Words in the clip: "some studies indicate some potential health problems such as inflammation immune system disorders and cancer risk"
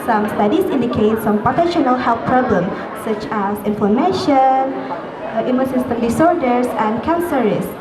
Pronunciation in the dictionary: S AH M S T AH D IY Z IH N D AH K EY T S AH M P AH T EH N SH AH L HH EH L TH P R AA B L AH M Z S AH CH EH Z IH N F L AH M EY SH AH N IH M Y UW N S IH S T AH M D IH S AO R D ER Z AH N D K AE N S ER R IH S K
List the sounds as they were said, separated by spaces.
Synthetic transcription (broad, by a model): S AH M S T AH D IY S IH N D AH K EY T S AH M P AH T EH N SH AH L HH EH L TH P R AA B L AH M S AH CH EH S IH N F AH M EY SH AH N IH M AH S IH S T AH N D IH S AO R D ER S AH N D K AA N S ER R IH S